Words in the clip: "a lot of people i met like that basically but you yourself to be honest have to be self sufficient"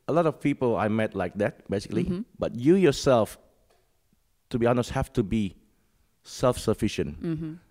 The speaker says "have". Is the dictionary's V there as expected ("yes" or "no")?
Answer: no